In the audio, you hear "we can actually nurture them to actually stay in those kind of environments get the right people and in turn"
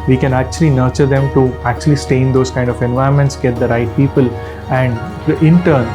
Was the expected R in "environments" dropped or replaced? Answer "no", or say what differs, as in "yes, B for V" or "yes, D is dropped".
yes, R is dropped